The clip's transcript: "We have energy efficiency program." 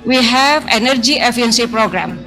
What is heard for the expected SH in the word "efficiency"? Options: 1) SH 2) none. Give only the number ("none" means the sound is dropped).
2